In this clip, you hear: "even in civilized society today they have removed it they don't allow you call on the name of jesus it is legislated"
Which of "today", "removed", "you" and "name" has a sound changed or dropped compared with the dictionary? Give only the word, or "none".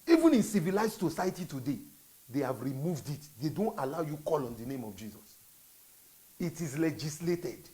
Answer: none